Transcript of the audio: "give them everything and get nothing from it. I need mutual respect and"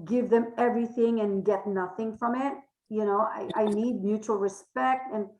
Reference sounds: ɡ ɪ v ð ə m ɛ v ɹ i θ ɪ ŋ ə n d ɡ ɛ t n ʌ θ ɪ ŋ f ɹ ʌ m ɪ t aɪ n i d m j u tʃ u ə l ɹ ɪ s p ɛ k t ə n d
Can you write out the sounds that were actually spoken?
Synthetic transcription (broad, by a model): ɡ ɪ v ð ə m ɛ v ɹ i θ ɪ ŋ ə n ɡ ɛ t n ʌ θ ɪ ŋ f ɹ ʌ m ɪ t aɪ n i d m j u tʃ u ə l ɹ ɪ s p ɛ k t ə n